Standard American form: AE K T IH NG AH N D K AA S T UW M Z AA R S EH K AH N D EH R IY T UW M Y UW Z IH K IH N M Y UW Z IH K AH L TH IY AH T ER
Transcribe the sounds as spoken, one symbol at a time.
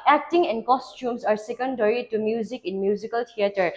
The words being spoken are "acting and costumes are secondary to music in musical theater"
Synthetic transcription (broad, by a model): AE K T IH NG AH N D K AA S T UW M S AA R S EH K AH N D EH R IY T UW M Y UW Z IH K IH N M Y UW Z IH K AH L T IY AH T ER